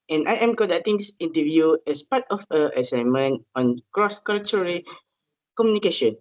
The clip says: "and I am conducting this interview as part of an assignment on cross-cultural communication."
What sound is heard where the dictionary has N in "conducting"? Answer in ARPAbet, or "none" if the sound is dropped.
none